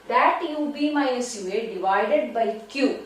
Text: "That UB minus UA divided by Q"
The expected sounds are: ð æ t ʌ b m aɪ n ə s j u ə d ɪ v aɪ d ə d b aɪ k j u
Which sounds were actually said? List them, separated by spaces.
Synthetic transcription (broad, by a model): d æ t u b m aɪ ə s j u ə d ɪ v aɪ d ə d b aɪ k j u